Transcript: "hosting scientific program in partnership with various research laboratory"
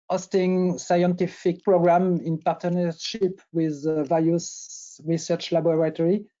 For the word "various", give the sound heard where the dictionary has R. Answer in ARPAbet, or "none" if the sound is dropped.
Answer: L